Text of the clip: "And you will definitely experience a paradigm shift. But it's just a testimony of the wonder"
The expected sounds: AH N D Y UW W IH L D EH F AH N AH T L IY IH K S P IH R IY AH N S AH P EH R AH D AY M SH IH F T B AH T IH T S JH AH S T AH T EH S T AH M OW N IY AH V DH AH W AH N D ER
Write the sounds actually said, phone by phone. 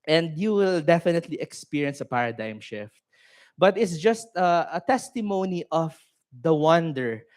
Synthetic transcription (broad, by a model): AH N D Y UW W IH L D EH F AH N AH T L IY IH K S P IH R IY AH N S AH P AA R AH D AY M SH IH F T B AH T IH T S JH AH S T AH T EH S T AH M OW N IY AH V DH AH W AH N D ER